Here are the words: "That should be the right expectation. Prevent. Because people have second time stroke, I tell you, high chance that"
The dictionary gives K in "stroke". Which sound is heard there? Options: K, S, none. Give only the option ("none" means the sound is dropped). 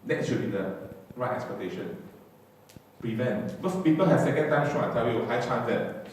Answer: none